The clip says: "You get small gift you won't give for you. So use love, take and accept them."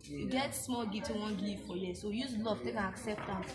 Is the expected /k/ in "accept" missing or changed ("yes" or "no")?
no